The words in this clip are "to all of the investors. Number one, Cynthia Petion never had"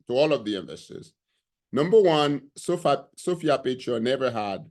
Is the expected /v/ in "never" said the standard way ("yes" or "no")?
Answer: yes